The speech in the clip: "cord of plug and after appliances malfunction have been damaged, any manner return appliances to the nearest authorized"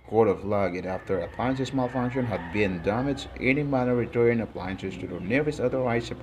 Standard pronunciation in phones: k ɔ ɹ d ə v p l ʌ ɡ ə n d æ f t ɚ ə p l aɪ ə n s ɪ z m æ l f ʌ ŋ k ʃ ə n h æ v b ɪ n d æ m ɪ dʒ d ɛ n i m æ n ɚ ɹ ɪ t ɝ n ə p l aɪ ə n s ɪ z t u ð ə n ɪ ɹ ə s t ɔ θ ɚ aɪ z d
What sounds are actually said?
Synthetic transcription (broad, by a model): k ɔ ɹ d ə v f l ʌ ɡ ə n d æ f t ɚ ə p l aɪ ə n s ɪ s m æ l f ʌ ŋ k ʃ ə n h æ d b ɪ n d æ m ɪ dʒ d ɛ n i m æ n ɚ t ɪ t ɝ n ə p l aɪ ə n s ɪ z t u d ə n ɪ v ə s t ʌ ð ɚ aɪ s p